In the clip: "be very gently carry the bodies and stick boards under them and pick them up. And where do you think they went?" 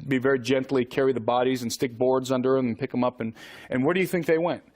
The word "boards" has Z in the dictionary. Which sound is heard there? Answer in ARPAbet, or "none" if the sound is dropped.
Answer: Z